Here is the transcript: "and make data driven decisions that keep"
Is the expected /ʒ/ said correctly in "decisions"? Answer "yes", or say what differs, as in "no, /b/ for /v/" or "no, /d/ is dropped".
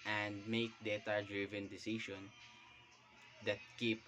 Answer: no, /ʃ/ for /ʒ/